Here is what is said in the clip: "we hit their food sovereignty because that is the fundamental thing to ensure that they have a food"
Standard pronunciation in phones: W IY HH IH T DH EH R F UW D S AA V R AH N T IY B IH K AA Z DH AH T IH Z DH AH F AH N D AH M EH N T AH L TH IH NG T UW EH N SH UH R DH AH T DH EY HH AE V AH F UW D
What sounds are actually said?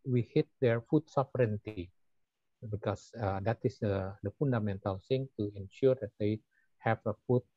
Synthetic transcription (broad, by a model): W IY HH IH T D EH R F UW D S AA F R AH N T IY B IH K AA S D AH T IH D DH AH F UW N D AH M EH N T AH L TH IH NG T UW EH N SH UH R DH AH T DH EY HH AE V AH F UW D